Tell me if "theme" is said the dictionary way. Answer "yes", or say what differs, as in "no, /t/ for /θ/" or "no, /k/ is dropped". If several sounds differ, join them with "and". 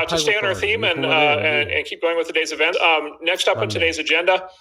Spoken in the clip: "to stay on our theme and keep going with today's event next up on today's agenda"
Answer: yes